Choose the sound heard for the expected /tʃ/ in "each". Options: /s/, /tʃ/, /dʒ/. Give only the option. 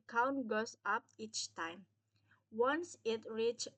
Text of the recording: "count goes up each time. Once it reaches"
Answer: /tʃ/